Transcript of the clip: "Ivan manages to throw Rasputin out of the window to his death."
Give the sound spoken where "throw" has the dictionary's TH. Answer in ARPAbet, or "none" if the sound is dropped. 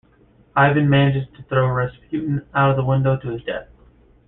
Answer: TH